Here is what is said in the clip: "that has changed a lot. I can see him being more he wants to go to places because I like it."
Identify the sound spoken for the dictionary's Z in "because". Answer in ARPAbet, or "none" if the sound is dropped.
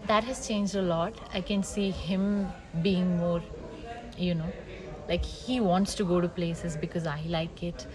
Z